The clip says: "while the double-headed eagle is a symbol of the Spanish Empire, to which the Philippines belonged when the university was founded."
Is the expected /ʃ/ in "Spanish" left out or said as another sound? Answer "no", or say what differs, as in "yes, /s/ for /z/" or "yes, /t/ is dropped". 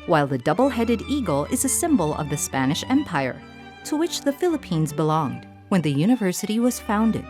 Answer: no